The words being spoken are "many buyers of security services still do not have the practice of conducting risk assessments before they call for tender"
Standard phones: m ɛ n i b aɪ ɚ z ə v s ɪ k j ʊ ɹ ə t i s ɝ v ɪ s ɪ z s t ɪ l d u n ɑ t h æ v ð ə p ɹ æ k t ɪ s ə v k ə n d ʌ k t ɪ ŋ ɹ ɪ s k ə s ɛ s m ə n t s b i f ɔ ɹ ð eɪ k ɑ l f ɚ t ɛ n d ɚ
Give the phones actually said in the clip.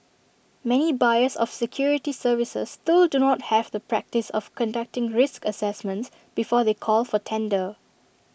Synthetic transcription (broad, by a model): m ɛ n i b aɪ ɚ s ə f s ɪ k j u ɹ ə t i s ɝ v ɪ s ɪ s t ɪ l d u n ɑ t h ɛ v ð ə p ɹ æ k t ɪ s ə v k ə n d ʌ k t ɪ ŋ ɹ ɪ s k ə s ɛ s m ə n t s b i f ɔ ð eɪ k ɑ l f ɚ t ɛ n d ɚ